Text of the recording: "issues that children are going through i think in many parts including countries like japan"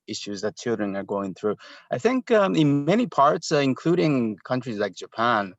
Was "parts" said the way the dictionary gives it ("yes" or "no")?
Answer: yes